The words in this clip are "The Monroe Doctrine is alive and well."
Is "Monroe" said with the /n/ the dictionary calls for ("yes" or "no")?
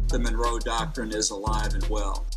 yes